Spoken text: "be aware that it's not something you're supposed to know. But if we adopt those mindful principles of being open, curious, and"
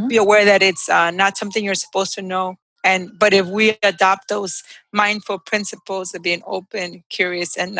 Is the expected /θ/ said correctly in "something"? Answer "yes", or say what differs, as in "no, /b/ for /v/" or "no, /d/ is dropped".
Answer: yes